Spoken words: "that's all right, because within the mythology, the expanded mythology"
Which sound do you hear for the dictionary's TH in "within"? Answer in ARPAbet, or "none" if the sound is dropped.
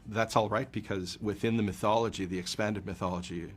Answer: TH